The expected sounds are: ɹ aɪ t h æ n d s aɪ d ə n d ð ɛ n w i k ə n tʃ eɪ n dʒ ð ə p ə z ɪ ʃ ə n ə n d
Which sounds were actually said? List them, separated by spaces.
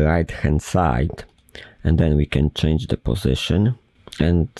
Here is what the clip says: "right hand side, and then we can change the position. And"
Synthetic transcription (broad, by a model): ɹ aɪ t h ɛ n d s aɪ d ə n d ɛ n w i k ə n tʃ eɪ n dʒ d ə p ə z ɪ ʃ ə n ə n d